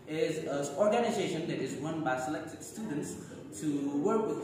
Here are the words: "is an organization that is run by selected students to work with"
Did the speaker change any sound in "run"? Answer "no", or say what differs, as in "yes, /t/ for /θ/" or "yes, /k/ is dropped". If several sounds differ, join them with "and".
yes, /w/ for /ɹ/